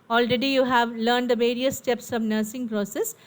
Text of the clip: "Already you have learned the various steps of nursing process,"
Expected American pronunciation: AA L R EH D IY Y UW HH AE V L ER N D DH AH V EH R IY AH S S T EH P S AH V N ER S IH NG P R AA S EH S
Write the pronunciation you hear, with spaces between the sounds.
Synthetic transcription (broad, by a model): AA L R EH D IY Y UW HH AE V L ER N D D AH V EH R IY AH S S T EH P S AH V N ER S IH NG P R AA S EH S